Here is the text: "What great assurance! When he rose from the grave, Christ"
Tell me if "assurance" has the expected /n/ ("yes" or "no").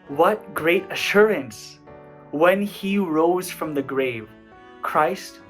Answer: yes